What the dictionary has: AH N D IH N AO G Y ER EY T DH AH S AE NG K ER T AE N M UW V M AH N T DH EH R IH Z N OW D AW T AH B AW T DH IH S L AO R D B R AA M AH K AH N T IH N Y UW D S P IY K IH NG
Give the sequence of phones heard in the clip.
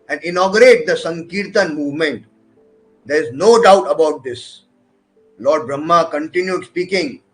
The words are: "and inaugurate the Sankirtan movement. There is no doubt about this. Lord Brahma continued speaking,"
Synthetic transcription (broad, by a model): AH N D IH N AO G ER EY T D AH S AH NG K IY T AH N M UW V M AH N T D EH R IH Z N OW D AW T AH B AW T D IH S L AO R D B R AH M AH K AH N T IH N Y UW D S P IY K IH NG